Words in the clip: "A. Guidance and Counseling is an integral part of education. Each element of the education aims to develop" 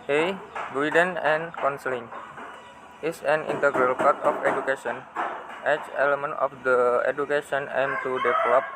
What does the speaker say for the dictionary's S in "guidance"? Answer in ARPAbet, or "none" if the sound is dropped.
none